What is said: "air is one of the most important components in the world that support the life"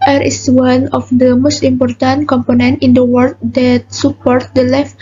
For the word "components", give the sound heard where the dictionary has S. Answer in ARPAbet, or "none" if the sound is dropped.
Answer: none